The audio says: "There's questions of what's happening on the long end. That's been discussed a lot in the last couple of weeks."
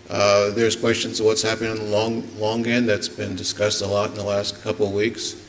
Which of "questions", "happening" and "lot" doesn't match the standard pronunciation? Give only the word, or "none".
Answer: none